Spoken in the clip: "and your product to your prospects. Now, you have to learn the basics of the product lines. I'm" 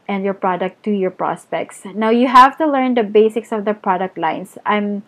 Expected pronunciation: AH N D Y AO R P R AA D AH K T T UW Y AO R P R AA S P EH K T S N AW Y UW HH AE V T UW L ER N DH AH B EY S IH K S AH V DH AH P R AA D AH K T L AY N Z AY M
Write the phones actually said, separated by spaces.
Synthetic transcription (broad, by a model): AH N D Y AO R P R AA D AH K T T UW Y AO R P R AA S P EH K T S N AW Y UW HH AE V T UW L ER N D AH B EY S IH K S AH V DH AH P R AA D AH K T L AY N S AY M